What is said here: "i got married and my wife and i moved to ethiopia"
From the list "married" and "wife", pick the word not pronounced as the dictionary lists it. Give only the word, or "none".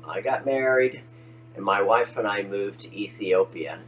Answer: none